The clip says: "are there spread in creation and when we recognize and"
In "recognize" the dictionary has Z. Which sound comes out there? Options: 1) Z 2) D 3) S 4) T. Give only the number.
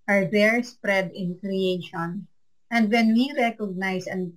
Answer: 3